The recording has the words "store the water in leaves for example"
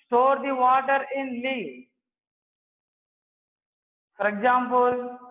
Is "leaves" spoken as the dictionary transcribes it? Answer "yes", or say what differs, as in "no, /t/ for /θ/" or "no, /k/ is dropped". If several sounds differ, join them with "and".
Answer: no, /z/ is dropped